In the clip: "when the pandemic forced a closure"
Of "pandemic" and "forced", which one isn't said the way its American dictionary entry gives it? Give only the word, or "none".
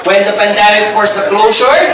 forced